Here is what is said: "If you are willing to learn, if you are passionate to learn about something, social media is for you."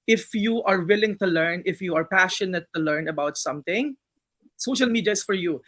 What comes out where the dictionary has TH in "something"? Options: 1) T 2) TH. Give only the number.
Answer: 1